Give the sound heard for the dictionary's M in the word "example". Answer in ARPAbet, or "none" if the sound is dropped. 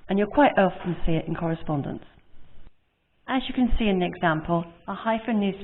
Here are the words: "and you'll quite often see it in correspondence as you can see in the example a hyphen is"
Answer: M